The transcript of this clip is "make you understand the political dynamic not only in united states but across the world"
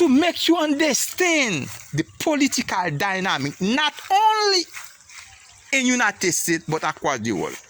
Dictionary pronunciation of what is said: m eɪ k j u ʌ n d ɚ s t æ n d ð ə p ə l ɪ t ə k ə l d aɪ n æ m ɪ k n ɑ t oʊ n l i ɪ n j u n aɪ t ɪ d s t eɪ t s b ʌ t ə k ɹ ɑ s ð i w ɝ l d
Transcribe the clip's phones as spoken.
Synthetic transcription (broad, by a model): m eɪ k j u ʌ n d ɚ s t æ n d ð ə p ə l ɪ t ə k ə l d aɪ n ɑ m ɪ k n ɑ t oʊ n l i ɪ n j u n aɪ t ɪ d s t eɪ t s b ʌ t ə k w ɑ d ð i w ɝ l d